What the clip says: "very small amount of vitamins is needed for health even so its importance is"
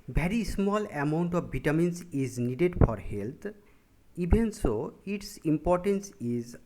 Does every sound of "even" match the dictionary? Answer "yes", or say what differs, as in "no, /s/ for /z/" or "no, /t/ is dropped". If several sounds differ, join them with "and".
no, /b/ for /v/